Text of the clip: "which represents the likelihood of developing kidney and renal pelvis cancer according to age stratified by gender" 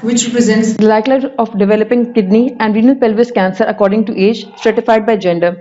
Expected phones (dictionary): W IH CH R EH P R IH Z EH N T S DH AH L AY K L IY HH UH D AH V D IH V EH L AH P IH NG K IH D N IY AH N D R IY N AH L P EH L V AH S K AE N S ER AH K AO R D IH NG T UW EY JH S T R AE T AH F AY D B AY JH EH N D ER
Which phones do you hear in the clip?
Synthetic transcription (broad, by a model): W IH CH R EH P R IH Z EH N T S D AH L AY K L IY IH AH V D IH V EH L AH P IH NG K IH D N IY AH N D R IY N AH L P EH L V AH S K AE N S ER AH K AO R D IH NG T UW EY JH S T R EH T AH F AY D B AY JH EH N D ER